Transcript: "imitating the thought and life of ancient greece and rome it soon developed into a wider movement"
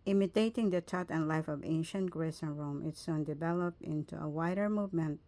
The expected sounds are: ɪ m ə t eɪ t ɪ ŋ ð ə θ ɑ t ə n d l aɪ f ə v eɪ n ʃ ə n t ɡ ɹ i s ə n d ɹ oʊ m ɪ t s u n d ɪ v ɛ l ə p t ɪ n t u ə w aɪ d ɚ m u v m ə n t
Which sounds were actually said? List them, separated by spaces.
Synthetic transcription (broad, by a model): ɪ m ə t eɪ t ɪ ŋ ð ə t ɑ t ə n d l aɪ f ə v eɪ n ʃ ə n t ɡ ɹ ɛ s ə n ɹ oʊ m ɪ t s u n d ɪ v ɛ l ə p t ɪ n t u ə w aɪ d ɚ m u v m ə n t